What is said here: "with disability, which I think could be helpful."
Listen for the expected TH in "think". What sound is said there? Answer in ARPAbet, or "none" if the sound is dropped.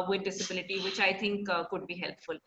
T